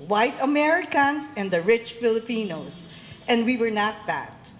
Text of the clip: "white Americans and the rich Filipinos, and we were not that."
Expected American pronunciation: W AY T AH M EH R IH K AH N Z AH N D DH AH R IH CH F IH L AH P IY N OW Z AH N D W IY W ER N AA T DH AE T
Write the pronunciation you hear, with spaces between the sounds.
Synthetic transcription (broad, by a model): W AY T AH M EH R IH K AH N S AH N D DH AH R IH CH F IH L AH P IY N OW S AH N D W IY W ER N AA T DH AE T